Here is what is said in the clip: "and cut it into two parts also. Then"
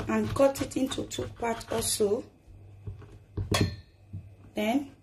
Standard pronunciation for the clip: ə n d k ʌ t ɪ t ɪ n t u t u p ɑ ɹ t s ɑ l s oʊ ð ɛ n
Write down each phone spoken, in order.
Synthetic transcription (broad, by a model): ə n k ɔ t ɪ t ɪ n t u t u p ɑ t ɑ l s oʊ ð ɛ n